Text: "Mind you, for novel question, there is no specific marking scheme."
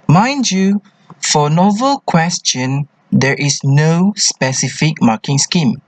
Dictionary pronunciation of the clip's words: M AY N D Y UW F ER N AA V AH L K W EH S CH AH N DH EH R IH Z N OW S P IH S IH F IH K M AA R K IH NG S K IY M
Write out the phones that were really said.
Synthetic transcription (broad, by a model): M AY N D Y UW F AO N AA V AH L K W EH S CH AH N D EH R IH S N OW S P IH S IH F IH K M AA K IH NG S K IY M